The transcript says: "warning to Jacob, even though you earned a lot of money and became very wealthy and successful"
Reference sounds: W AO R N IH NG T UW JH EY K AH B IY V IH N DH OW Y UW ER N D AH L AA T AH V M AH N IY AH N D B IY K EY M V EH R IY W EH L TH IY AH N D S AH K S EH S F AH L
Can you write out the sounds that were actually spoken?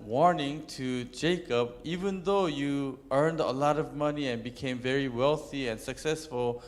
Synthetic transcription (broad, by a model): W AO R N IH NG T UW JH EY K AH B IY V IH N DH OW Y UW ER N D AH L AA T AH V M AH N IY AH N B IY K EY M V EH R IY W EH L TH IY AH N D S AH K S EH S F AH L